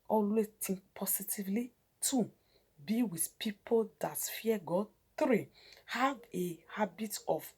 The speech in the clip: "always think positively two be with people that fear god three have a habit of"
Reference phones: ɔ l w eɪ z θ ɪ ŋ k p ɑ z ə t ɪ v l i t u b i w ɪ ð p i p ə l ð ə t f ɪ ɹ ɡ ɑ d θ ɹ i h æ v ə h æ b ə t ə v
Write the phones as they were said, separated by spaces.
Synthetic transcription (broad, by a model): ɔ l w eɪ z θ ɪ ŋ k p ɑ s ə t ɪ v l i t u b i w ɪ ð p i p ə l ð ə t f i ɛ ɡ ɑ d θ ɹ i h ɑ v ə h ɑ b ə t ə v